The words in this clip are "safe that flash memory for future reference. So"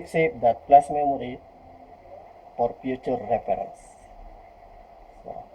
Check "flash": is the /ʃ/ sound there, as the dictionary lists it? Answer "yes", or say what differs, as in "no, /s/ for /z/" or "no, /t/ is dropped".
no, /s/ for /ʃ/